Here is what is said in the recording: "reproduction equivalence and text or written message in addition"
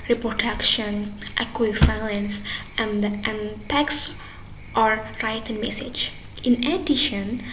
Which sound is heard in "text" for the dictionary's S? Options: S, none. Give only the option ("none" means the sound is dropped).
S